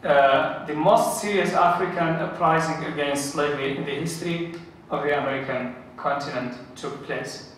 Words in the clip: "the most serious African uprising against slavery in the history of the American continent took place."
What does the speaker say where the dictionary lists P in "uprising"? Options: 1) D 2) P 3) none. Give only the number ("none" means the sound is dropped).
2